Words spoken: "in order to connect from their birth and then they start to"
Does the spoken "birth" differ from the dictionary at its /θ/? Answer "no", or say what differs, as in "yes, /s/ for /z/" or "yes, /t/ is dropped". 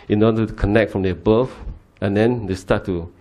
yes, /f/ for /θ/